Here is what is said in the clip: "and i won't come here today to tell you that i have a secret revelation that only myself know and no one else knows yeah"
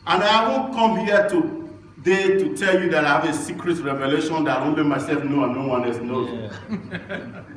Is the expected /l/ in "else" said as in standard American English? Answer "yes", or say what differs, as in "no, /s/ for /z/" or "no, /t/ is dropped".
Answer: no, /l/ is dropped